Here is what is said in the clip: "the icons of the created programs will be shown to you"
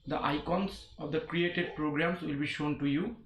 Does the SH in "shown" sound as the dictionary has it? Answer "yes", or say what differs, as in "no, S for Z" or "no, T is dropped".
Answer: yes